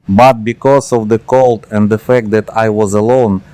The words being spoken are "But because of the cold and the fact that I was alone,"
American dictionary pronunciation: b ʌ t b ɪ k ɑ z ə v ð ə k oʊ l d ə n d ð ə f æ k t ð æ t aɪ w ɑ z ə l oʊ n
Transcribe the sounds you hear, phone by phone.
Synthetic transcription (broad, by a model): b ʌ t b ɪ k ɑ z ə v ð ə k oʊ l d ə n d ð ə f æ k t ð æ t aɪ w ɑ z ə l oʊ n